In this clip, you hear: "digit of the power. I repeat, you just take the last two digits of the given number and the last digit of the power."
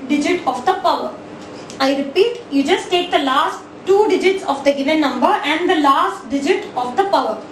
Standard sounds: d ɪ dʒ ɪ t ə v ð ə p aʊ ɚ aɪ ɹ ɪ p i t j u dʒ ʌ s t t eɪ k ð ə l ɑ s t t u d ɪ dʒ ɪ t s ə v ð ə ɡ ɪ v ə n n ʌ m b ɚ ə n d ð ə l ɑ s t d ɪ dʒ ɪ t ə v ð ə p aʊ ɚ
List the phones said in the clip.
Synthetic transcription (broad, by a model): d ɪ dʒ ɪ t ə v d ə p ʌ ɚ aɪ ɹ ɪ p i t j u dʒ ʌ s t t eɪ k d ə l ɑ s t t u d ɪ dʒ ɪ t s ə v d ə ɡ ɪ v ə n n ʌ m b ɚ ə n d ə l ɑ s t d ɪ dʒ ɪ t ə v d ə p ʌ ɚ